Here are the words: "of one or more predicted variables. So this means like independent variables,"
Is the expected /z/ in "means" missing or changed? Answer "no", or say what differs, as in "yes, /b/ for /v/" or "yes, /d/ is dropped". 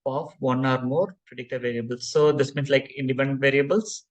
yes, /s/ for /z/